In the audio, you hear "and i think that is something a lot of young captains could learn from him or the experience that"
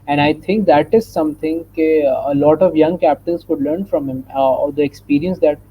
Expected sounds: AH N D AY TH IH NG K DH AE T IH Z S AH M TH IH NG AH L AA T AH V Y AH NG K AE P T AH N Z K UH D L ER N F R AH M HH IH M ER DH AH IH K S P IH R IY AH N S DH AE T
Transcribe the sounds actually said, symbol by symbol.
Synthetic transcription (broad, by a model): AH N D AY T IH NG K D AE T IH Z S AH M T IH NG AH L AA T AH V Y AH NG K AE P T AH N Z K UH D L ER N F R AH M HH IH M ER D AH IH K S P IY R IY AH N S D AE T